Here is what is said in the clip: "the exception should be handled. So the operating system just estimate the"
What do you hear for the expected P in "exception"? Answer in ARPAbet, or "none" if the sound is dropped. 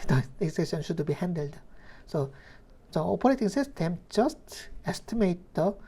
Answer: none